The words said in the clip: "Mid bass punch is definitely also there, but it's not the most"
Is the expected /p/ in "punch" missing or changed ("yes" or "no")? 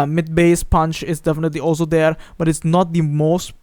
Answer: no